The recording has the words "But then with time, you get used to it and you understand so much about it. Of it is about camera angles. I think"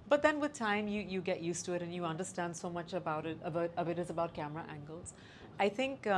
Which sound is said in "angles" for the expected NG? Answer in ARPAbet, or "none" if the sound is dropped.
NG